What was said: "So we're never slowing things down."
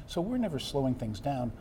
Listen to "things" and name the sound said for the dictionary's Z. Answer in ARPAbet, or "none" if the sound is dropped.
Z